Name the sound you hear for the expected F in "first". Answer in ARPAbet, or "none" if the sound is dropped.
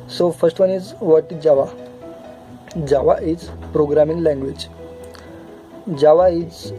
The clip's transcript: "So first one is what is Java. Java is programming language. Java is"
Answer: F